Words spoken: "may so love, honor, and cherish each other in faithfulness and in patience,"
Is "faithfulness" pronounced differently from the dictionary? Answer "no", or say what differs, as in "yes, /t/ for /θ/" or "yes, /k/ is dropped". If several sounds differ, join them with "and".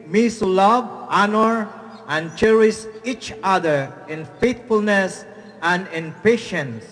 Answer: yes, /t/ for /θ/